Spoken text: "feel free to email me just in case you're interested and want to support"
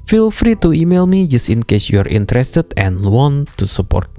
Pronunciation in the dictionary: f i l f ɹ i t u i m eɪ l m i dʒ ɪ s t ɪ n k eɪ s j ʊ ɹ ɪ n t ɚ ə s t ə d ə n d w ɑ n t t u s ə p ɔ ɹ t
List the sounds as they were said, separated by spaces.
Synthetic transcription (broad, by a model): f i l f ɹ i t u i m eɪ l m i dʒ ɪ s t ɪ n k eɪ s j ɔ ɹ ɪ n t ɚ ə s t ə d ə n w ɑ n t t u s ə p ɔ ɹ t